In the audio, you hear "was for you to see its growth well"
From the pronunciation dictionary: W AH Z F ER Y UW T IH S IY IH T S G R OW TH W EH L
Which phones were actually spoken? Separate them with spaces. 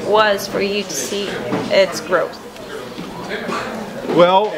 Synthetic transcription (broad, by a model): W AH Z F ER Y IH T IH S IY IH T S G R OW TH W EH L